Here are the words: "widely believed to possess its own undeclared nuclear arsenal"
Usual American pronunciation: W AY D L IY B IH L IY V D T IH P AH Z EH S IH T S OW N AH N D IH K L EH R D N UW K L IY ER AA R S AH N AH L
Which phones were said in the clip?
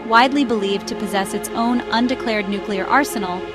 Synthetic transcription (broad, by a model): W AY D L IY B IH L IY V T IH P AH Z EH S IH T S OW N AH N D IH K L EH R D N UW K L IY ER AA R S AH N L